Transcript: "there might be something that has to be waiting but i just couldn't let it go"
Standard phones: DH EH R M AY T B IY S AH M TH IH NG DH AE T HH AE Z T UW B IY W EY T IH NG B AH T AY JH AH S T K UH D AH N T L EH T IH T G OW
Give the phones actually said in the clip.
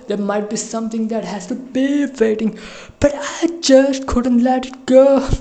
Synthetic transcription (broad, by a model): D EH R M AY T B IY S AH M T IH NG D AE T HH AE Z T UW B IY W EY T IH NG B AH T AY JH AH S T K UH D AH N T L EH T IH T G OW